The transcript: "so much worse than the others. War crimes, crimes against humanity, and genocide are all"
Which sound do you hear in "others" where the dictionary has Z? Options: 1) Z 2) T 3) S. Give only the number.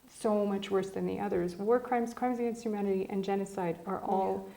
1